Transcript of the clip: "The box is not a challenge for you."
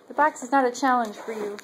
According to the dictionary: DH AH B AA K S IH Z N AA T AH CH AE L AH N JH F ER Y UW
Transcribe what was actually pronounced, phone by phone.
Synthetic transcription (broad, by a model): DH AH B AA K S IH Z N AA T AH CH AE L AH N ZH F ER Y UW